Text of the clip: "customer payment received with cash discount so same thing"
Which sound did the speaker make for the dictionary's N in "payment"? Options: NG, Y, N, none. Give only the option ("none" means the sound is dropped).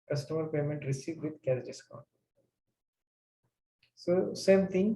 N